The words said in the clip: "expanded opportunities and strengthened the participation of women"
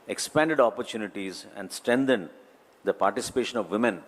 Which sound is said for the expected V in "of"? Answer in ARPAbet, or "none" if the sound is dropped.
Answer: V